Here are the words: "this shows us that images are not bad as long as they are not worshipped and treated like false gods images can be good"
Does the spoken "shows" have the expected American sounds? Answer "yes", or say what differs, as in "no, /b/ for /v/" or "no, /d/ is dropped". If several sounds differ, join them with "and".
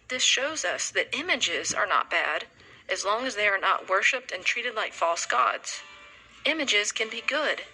yes